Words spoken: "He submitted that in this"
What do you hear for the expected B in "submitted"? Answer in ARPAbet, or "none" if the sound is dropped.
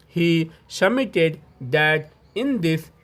none